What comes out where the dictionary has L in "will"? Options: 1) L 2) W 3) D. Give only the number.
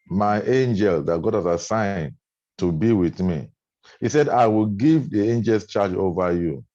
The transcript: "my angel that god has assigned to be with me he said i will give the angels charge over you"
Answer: 1